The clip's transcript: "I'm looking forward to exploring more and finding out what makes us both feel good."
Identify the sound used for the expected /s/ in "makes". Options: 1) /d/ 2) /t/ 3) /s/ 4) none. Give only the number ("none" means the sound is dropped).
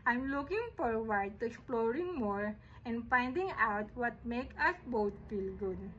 4